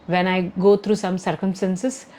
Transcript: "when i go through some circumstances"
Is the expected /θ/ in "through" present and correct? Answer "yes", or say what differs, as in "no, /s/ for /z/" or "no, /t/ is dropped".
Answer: no, /t/ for /θ/